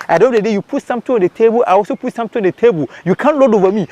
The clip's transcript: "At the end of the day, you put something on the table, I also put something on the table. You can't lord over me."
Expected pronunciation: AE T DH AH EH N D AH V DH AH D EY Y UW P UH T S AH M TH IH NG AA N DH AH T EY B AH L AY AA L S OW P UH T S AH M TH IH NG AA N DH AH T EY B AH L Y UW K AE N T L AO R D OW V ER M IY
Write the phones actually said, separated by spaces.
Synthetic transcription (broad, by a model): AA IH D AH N AH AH D EY Y UW P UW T S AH M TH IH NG AA N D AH T EY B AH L AY AA L S OW P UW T S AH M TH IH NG AA N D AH T EY B AH L Y UW K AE N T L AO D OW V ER M IY